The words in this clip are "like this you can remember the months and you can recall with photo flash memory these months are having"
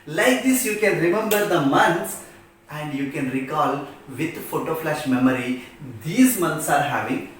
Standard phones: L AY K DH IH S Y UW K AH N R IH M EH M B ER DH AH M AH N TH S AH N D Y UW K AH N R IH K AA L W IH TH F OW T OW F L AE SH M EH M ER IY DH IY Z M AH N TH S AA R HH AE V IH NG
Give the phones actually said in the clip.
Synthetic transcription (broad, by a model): L AY K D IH S Y UW K AH N R IH M EH M B ER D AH M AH N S AH N D Y UW K AH N R IH K AA L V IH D F OW T OW F L AE SH M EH M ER IY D IY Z M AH N T S AA R HH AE V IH NG